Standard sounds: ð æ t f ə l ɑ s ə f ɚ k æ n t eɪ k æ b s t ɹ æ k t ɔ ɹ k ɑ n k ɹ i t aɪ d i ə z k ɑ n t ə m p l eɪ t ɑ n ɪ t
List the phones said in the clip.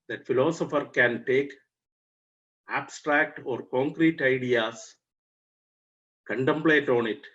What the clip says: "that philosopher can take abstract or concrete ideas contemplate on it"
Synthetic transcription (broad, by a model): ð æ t f ə l ɑ s ə f ɚ k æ n t eɪ k æ b s t ɹ æ k t ɔ ɹ k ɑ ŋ k ɹ i t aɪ d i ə s k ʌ n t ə m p l eɪ t ɑ n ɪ t